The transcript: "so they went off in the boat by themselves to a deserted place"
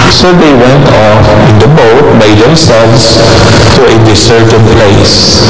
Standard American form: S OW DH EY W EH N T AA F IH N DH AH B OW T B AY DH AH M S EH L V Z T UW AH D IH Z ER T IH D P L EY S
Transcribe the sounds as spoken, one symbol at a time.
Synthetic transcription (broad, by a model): S OW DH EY W EH N T AA F IH N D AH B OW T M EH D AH M S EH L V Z T UW AH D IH S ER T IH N P L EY S